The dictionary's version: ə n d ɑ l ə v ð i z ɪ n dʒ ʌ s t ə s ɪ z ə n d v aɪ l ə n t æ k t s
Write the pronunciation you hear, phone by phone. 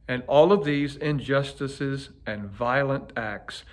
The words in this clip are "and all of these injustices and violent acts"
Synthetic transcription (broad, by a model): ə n ɑ l ə v ð i z ɪ n dʒ ʌ s t ə s ɪ z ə n v aɪ l ə n t æ k t s